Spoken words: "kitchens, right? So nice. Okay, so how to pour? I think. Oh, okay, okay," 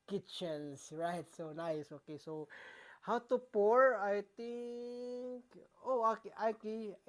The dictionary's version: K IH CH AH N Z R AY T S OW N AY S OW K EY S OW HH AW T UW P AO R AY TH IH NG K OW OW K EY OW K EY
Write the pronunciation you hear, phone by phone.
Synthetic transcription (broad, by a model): K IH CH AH N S R AY T S OW N AY S OW K EY S OW HH AW T UW P AO R AY T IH NG K OW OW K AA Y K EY